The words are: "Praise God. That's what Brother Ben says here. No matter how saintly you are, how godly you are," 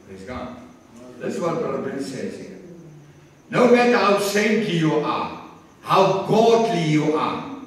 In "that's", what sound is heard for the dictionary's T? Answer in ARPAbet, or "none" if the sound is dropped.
S